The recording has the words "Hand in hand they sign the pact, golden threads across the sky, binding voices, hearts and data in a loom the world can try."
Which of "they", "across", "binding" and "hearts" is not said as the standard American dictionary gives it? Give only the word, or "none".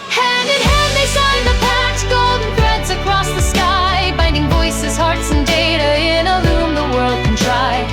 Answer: none